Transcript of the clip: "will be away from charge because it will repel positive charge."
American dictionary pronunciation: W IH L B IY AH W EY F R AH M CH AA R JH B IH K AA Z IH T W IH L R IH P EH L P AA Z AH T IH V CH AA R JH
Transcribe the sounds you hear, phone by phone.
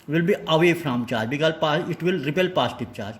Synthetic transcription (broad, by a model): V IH L B IY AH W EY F R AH M CH AA R JH B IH K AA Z IH T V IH L R IH P EH L P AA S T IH P CH AA R JH